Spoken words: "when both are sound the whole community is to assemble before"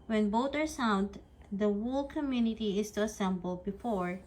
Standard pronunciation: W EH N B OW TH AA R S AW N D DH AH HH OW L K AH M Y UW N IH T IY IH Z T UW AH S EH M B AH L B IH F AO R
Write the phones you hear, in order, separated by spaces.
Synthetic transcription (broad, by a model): W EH N B OW T AA R S AW N D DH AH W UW L K AH M Y UW N IH T IY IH S T UW AH S EH M B AH L B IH F AO R